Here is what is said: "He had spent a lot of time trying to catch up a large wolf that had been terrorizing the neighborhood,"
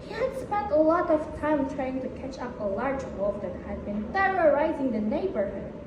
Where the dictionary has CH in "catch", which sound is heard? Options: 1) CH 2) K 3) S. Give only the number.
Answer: 1